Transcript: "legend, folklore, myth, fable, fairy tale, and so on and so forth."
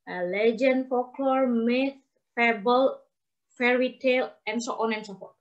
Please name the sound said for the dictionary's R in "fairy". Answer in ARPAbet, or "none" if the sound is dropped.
R